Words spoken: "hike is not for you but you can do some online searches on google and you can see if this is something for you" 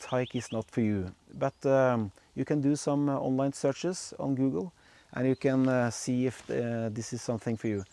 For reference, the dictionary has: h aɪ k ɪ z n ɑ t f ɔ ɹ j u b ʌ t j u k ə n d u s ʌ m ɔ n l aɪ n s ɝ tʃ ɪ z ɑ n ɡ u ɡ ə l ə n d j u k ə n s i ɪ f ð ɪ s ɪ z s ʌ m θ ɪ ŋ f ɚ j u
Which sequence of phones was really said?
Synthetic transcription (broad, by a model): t aɪ k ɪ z n ɑ t f ɔ ɹ j u b ʌ t j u k ə n d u s ʌ m ɔ n l aɪ n s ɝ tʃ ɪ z ɑ n ɡ u ɡ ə l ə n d j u k ə n s i ɪ f ð ɪ s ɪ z s ʌ m θ ɪ ŋ f ɚ j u